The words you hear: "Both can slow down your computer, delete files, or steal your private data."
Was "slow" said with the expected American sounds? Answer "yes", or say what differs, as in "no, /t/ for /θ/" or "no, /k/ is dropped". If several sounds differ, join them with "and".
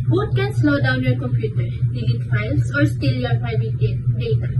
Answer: no, /n/ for /l/